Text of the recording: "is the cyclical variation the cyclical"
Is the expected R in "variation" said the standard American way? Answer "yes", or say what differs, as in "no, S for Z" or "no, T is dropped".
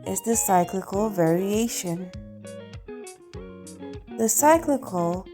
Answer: yes